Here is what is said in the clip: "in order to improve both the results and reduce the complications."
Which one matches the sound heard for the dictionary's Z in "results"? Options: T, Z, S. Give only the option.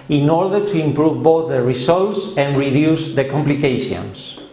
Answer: S